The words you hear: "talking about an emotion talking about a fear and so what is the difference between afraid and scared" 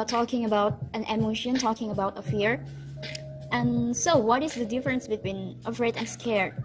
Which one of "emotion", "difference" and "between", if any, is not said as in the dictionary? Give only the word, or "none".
none